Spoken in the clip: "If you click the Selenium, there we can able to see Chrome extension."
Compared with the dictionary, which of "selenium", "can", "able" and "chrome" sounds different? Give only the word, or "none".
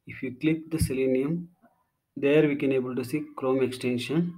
none